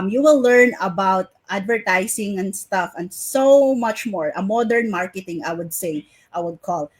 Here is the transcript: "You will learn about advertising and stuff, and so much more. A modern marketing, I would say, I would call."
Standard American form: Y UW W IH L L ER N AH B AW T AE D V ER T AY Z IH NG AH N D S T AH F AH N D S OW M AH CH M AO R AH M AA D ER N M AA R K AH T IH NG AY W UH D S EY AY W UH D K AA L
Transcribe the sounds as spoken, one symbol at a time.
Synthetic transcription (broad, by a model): Y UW W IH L L ER N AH B AW T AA D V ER T AY S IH NG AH N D S T AH F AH N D S OW M AH CH M AO R AH M AA D ER N M AA R K AH T IH NG AY W UH D S EY AY W UH D K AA L